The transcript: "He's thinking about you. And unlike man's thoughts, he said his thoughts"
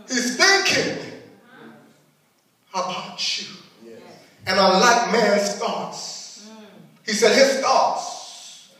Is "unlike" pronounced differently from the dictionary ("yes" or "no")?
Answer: yes